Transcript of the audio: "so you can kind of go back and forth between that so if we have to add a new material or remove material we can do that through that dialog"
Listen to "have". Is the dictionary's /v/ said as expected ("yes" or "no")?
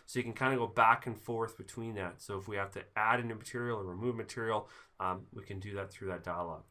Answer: no